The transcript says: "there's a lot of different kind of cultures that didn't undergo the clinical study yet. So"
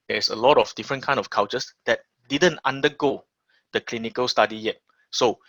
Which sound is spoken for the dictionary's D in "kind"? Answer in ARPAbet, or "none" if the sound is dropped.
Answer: none